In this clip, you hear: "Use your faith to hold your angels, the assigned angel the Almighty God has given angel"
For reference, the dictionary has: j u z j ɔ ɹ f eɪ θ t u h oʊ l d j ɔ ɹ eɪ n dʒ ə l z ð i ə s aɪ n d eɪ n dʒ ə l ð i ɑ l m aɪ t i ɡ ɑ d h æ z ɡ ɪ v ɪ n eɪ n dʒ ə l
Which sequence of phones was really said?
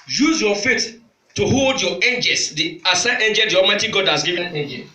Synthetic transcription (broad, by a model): j u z j ɔ f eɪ t t u h oʊ l d j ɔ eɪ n dʒ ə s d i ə s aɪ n eɪ n dʒ ə l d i ɑ l m aɪ t i ɡ ɑ d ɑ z ɡ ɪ v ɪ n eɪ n dʒ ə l